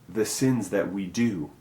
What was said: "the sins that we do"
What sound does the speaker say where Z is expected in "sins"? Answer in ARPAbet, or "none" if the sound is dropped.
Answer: Z